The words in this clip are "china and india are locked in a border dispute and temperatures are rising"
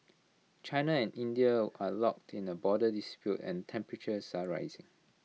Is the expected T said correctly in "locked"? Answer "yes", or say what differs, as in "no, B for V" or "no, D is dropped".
yes